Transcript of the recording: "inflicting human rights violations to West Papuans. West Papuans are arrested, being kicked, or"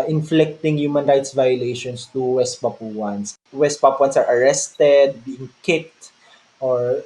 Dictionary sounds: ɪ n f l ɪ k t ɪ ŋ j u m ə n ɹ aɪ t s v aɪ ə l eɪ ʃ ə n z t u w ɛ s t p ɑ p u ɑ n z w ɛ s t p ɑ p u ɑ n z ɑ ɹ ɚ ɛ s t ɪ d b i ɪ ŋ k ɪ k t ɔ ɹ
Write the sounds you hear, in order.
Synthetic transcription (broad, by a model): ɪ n f l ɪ k t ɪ ŋ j u m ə n ɹ aɪ t s v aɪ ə l eɪ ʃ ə n s t u w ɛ s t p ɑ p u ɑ n s w ɛ s t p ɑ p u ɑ n s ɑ ɹ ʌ ɛ s t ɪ d b i ɪ ŋ k ɪ k t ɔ ɹ